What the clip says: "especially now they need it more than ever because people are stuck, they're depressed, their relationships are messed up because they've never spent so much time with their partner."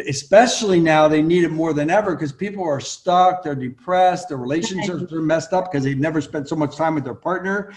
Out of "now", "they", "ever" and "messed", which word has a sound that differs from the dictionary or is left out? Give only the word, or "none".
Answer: none